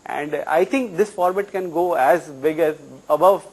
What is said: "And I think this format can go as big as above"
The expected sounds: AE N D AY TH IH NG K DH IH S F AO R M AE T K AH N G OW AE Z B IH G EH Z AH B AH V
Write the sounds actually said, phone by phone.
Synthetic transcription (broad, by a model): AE N D AY T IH NG K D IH S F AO R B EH T K AH N G OW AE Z B IH G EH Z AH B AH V